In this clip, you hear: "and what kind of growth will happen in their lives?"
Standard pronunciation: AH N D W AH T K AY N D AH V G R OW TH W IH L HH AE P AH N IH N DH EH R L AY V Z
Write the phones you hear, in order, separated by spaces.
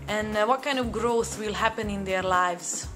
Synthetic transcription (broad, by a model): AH N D W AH T K AY N D AH V G R OW TH W IH L HH AE P AH N IH N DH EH R L AY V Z